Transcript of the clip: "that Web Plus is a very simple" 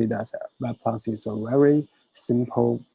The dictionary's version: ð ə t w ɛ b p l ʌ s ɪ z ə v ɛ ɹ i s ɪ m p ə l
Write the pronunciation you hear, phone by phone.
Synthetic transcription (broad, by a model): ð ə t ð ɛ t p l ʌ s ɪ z ə v ɛ ɹ i s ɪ m p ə l